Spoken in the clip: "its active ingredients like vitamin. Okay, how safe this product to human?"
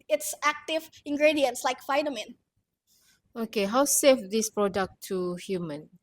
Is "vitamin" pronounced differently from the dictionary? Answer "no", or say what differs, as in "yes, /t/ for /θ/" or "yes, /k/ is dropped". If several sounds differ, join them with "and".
yes, /f/ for /v/